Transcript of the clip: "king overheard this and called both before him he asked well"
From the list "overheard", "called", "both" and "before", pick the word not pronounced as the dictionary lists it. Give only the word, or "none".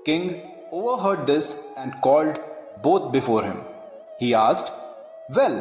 both